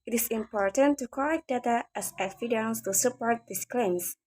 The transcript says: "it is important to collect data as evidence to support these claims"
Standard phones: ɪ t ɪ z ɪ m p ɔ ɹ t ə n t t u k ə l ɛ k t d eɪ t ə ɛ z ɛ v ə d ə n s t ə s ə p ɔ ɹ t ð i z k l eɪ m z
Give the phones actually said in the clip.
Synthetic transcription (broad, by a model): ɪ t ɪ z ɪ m p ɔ ɹ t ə n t t u k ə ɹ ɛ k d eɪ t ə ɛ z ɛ f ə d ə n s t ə s ə p ɔ ɹ t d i s k l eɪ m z